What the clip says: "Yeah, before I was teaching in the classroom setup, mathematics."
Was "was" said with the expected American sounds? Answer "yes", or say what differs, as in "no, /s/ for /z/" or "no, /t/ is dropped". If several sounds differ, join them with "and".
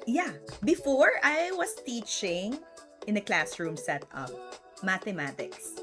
no, /s/ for /z/